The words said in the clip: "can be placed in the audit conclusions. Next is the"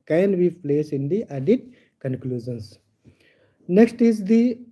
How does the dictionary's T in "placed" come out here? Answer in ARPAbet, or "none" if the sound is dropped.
none